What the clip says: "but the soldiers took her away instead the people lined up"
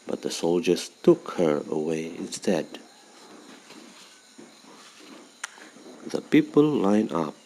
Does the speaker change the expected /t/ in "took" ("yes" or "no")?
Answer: no